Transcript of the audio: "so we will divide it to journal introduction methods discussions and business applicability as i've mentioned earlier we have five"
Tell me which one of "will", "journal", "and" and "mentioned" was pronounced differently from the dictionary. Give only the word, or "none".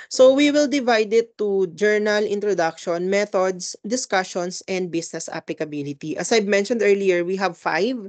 none